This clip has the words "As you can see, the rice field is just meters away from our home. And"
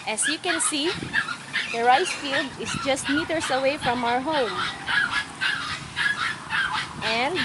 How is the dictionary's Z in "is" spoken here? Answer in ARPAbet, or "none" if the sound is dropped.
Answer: S